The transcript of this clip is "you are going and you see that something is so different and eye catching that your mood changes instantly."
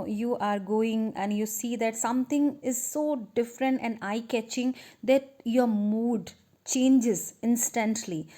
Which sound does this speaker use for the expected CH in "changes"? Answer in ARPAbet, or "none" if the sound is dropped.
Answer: CH